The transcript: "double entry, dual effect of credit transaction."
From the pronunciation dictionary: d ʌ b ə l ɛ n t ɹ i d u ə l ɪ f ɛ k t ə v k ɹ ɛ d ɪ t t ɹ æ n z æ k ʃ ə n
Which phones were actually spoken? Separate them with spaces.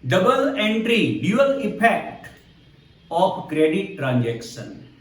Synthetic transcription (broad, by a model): d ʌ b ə l ɛ n t ɹ i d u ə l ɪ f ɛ k t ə p k ɹ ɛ d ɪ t t ɹ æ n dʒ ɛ k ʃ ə n